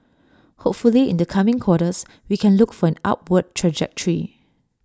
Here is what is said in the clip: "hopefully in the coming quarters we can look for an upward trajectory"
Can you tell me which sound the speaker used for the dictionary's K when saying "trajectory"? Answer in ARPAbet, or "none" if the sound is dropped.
K